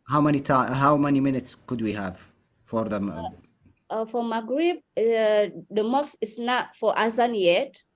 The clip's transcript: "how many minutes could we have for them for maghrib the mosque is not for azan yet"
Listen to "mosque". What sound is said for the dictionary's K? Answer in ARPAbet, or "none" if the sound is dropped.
none